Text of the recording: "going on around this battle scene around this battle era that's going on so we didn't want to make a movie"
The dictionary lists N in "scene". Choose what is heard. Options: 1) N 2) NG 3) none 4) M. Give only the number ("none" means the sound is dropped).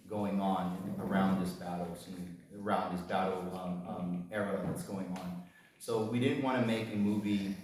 3